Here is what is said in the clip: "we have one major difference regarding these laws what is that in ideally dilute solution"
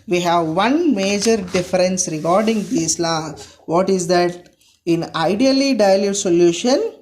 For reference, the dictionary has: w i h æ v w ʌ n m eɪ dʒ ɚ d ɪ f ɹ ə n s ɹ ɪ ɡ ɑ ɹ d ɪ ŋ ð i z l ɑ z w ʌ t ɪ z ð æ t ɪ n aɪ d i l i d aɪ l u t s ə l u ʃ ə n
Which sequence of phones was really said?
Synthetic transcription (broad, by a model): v i h æ v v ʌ n m eɪ dʒ ɚ d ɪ f ɹ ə n s ɹ ɪ ɡ ɑ ɹ d ɪ ŋ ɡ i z l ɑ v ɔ t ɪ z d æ t ɪ n aɪ d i l i d aɪ l u t s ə l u ʃ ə n